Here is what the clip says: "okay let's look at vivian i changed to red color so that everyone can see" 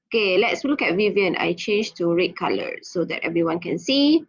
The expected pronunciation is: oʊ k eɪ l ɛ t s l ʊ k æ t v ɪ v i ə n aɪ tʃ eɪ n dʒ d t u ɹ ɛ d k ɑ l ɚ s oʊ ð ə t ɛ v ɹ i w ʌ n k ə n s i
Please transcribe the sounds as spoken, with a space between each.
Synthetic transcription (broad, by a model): oʊ k eɪ l ɛ t s l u k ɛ t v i v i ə n aɪ tʃ eɪ n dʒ t u ɹ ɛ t k ɑ l ɚ s oʊ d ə t ɛ v ɹ i w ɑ n k ə n s i